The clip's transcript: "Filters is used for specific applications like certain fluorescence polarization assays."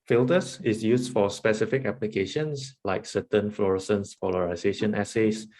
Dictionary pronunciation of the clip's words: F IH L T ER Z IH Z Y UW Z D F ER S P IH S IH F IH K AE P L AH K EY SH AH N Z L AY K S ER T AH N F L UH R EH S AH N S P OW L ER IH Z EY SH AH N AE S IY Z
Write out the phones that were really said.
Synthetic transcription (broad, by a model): F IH L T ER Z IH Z Y UW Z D F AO S P IH S IH F IH K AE P L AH K EY SH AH N S L AY K S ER T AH N F L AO R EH S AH N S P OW L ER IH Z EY SH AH N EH S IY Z